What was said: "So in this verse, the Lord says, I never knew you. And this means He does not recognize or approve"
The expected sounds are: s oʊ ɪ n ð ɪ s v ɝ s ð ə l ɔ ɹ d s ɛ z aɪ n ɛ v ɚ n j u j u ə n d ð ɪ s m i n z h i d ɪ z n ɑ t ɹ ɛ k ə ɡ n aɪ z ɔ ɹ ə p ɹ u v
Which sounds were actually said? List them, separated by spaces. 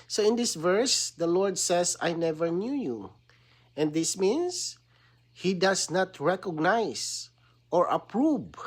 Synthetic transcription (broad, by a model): s oʊ ɪ n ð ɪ s v ɝ s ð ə l ɔ ɹ d s ɛ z aɪ n ɛ v ɚ n j u j u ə n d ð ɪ s m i n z h i d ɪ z n ɑ t ɹ ɛ k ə ɡ n aɪ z ɔ ɹ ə p ɹ u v